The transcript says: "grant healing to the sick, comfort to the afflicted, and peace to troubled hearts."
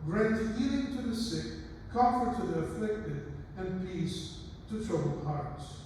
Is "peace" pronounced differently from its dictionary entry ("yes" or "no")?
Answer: no